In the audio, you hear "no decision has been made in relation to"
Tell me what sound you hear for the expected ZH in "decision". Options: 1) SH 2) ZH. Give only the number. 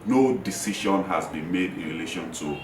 1